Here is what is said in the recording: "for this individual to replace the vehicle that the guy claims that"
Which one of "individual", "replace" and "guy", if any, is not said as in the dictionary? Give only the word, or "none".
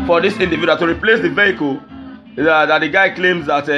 individual